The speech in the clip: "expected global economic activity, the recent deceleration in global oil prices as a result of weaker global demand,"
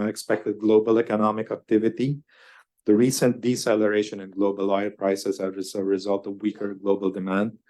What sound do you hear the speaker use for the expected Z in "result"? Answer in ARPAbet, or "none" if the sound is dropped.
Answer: Z